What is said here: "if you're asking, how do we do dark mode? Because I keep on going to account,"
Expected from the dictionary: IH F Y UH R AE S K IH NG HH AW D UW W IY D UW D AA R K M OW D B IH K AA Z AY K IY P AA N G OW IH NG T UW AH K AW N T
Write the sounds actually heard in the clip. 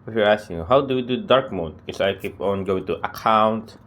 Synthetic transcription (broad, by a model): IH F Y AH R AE S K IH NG HH AW D UW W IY D UW D AA R K M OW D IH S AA IH K IY P AA N G OW IH NG T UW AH K AW N T